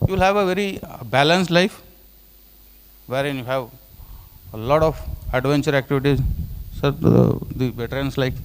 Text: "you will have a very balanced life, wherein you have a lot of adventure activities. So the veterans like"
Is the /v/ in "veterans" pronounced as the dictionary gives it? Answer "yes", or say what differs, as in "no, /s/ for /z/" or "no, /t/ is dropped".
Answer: no, /b/ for /v/